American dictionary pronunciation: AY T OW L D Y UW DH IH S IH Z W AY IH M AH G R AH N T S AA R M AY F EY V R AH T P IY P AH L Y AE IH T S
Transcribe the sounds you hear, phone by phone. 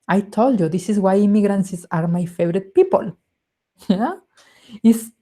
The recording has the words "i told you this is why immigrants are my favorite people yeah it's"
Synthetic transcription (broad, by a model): AY T OW L D Y UW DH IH S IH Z W AY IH M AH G R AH N S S AA R M AY F EY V R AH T P IY P AH L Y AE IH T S